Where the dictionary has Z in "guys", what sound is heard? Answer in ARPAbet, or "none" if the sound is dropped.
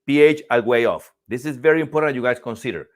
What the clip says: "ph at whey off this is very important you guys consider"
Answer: S